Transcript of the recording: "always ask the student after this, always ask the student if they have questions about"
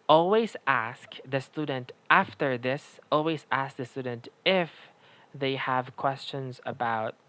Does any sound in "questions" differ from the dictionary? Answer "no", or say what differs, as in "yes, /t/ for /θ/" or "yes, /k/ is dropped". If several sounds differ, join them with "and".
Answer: no